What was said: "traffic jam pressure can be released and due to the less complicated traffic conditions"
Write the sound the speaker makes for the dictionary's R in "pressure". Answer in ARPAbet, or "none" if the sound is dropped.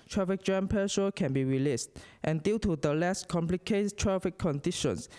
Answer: none